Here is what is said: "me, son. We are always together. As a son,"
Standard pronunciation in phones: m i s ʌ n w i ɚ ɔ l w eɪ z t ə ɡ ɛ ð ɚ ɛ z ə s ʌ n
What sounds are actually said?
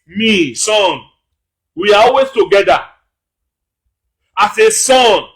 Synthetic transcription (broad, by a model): m i s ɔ n w i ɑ ɔ l w eɪ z t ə ɡ ɛ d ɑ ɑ s ə s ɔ n